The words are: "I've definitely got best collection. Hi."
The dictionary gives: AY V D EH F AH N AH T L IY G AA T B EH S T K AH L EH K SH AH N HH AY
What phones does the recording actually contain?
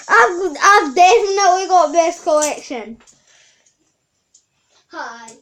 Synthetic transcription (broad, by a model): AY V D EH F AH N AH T W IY G AA T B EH S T K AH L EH K SH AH N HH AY